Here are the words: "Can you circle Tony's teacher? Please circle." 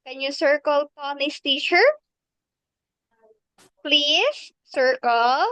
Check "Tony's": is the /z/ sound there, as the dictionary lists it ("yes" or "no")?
no